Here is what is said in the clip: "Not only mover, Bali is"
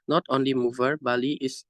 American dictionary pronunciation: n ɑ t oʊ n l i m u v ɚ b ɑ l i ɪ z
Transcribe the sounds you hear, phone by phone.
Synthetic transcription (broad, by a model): n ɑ t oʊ n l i m u v ɚ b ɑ l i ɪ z